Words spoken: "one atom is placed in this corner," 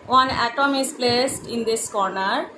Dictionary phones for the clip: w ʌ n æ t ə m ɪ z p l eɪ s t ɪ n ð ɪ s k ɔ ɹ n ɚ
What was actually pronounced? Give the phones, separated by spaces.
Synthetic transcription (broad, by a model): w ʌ n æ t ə m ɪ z p l eɪ s t ɪ n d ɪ s k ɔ ɹ n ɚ